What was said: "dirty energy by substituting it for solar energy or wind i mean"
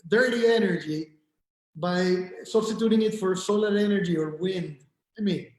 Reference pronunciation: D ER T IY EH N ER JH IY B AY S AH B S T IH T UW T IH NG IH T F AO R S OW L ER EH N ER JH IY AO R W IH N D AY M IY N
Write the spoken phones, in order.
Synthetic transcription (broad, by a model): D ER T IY EH N ER JH IY B AY S AH B S T IH T UW T IH NG IH T F AO R S OW L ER EH N ER JH IY AO R W IH N D AY M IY N